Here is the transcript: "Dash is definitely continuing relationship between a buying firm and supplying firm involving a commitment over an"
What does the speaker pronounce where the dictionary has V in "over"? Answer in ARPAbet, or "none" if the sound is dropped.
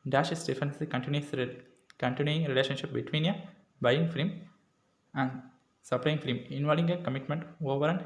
V